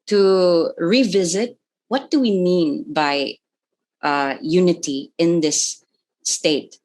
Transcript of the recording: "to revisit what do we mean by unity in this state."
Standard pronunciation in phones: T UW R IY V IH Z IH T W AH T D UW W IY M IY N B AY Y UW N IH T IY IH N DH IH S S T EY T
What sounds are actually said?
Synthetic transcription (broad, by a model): T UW R IY V IH Z IH T W AH T D UW W IY M IY N B AY Y UW N IH T IY IH N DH IH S S T EY T